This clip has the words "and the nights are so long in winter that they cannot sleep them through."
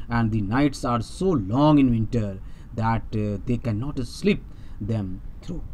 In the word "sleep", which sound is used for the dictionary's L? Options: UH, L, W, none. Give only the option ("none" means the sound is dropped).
L